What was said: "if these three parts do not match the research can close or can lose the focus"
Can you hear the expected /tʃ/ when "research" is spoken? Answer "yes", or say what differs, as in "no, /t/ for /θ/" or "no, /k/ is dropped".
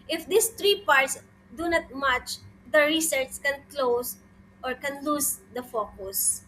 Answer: no, /s/ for /tʃ/